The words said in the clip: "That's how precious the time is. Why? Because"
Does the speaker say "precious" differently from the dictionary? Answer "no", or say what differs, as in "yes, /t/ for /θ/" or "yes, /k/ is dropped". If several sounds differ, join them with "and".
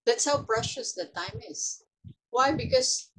yes, /b/ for /p/